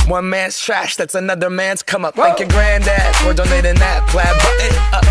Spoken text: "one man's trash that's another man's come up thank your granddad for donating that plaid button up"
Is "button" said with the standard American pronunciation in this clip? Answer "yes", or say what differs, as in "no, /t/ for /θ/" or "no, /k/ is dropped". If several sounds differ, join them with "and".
no, /n/ is dropped